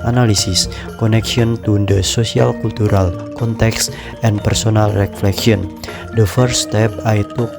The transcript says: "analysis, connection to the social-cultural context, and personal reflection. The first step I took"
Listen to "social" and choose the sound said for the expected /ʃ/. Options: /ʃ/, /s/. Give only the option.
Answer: /s/